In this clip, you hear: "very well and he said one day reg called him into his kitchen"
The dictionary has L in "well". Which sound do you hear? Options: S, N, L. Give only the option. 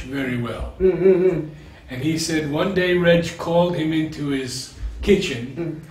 L